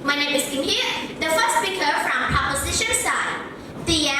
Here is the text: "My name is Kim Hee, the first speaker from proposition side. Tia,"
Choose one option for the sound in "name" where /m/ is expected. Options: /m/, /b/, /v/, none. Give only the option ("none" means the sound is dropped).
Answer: none